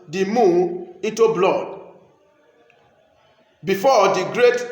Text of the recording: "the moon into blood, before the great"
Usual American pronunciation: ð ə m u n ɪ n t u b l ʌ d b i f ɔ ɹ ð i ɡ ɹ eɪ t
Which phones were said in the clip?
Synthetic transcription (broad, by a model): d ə m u ɪ n t u b l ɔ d b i f ɔ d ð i ɡ ɹ eɪ t